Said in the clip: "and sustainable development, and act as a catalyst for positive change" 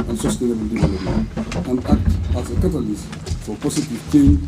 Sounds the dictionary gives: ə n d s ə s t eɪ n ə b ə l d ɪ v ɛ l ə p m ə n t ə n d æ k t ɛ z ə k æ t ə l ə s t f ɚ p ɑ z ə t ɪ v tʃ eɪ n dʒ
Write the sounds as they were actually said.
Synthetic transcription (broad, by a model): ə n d s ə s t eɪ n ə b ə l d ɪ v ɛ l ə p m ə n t ə n d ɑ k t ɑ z ə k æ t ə l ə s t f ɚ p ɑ s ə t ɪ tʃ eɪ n